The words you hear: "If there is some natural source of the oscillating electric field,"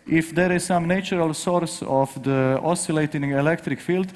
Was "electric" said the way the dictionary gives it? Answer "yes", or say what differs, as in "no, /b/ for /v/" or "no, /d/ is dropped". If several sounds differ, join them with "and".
yes